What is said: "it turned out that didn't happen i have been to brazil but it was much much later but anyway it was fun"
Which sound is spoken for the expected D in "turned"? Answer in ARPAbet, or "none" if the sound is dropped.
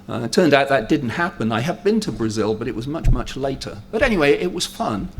D